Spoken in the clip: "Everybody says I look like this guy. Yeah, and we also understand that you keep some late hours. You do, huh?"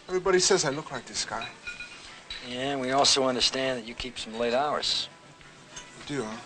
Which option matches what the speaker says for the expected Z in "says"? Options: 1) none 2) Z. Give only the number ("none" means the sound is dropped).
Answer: 2